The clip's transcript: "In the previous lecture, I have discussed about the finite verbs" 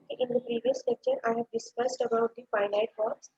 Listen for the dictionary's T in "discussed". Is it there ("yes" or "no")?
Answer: yes